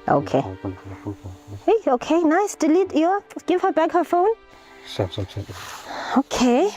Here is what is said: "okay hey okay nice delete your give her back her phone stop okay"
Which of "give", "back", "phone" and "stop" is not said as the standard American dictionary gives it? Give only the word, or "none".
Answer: stop